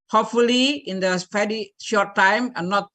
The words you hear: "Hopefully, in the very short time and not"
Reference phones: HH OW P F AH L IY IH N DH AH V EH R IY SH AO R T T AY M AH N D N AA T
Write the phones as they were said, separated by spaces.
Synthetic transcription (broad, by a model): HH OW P F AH L IY IH N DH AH F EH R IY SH AO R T T AY M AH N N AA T